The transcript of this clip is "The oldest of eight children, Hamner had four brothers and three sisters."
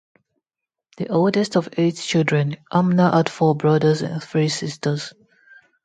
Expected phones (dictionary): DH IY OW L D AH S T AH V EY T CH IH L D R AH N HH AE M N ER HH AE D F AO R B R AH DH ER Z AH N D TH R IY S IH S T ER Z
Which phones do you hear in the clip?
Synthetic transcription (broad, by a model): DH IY OW L D AH S T AH V EY T CH IH L D R AH N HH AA M N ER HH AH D F AO B R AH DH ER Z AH N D TH R IY S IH S T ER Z